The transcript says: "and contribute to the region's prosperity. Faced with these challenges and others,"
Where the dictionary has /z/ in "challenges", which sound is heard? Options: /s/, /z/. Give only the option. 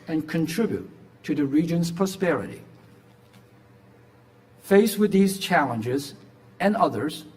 /z/